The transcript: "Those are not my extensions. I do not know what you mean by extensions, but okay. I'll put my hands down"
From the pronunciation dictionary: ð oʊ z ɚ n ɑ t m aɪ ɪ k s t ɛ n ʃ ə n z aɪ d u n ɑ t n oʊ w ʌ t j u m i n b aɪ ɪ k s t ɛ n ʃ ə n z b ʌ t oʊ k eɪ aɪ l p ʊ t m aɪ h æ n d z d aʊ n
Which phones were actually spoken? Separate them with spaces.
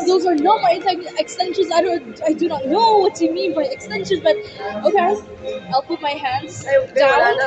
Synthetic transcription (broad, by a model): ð oʊ z ɚ n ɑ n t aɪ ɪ k s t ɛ n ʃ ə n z aɪ d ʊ n ɑ t n oʊ w ʌ t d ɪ m i n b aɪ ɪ k s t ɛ n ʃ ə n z b ʌ t oʊ k eɪ aɪ l p ʊ t m aɪ h æ n d z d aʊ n